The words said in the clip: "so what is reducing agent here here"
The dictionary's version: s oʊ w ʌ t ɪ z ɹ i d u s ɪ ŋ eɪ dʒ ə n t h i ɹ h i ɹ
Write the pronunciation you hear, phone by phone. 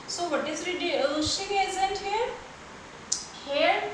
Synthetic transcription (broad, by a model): s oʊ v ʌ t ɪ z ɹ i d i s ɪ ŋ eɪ z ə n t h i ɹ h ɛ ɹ